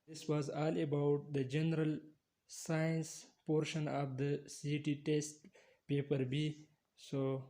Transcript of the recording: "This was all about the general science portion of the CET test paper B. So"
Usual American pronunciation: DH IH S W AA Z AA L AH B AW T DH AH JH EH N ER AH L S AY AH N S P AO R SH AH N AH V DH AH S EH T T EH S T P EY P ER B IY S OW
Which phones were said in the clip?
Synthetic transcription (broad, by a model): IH S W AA Z AA L AH B AW T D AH JH EH N ER AH L S AY AH N S P AO R SH AH N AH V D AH S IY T T EH S T P EY P ER B IY S OW